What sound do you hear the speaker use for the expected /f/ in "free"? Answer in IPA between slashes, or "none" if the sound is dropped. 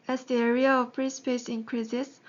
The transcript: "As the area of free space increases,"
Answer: /p/